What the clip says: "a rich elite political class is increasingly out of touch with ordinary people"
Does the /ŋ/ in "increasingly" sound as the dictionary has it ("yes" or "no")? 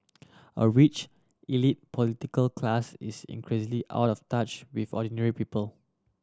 no